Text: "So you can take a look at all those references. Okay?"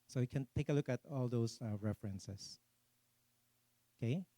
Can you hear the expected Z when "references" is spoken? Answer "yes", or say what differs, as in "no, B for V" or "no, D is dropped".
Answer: no, S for Z